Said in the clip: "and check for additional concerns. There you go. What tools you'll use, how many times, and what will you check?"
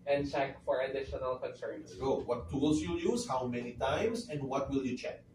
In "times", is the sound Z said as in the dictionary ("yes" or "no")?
no